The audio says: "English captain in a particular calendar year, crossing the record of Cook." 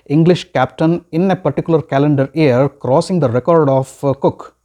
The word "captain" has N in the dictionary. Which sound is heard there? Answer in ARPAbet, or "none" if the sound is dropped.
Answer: N